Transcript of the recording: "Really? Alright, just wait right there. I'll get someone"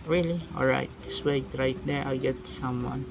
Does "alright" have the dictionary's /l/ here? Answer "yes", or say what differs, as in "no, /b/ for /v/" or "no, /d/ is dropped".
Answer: yes